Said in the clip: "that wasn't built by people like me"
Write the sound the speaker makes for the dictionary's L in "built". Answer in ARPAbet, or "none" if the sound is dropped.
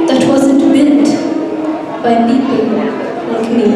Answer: N